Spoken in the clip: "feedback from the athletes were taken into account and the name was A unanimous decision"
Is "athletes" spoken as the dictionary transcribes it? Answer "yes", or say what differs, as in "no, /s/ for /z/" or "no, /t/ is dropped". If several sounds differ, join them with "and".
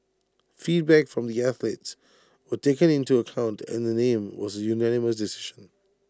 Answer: yes